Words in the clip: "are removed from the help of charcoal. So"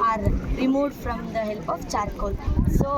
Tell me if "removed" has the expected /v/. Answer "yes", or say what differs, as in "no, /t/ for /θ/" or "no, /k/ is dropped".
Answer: no, /v/ is dropped